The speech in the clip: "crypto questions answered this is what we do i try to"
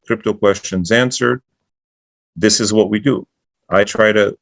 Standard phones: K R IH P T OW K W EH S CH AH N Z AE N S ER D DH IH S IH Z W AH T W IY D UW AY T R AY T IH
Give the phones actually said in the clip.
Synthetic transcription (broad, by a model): K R IH P T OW K W EH S CH AH N Z AE N S ER D DH IH S IH Z W AH T W IY D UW AY T R AY T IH